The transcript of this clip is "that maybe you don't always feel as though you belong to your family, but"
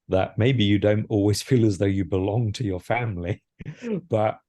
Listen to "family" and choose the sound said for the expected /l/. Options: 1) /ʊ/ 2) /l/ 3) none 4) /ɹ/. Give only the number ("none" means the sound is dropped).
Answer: 2